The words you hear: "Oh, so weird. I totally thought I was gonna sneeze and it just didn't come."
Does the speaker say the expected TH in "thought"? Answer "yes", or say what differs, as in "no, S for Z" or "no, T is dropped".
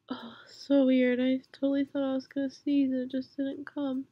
yes